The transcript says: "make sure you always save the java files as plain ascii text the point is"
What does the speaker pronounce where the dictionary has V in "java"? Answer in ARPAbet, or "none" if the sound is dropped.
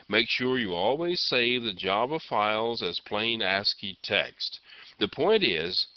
B